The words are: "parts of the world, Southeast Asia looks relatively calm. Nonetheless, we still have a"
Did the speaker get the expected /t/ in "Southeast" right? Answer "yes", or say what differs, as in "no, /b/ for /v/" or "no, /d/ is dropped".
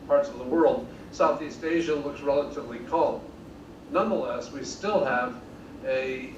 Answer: yes